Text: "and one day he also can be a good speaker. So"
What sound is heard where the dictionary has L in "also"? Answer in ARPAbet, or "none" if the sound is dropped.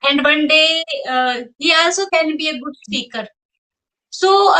none